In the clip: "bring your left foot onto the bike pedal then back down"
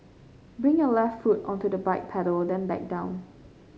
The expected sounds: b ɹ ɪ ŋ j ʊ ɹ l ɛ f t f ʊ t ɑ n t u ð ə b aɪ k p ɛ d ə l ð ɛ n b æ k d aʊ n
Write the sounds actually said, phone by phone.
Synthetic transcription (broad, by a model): b ɹ ɪ ŋ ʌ l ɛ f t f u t ɑ n t u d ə b aɪ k p ɛ d ə l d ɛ n b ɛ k d aʊ n